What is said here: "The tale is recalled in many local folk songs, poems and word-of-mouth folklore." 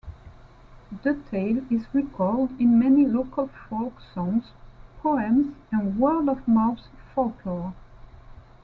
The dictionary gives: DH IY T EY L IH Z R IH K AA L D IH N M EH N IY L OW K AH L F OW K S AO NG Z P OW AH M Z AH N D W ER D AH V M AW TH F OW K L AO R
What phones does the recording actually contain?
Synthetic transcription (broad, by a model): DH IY T EY L IH Z R IH K AA L D IH N M EH N IY L OW K AH L F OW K S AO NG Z P OW AH M Z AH N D W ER D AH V M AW S F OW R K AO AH